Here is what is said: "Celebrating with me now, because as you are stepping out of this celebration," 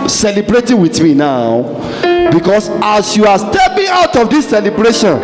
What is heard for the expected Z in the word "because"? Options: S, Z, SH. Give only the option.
S